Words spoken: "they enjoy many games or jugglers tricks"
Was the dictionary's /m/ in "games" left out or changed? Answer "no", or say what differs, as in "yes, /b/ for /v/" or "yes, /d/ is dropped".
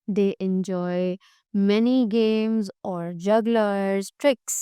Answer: no